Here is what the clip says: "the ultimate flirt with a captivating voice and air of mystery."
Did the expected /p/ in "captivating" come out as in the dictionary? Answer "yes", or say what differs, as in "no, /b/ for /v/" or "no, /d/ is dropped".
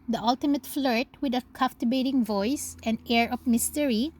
no, /f/ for /p/